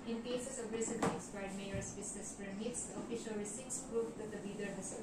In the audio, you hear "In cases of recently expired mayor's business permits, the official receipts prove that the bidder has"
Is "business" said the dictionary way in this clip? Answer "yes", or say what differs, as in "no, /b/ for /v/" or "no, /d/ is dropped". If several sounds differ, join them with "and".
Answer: no, /s/ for /z/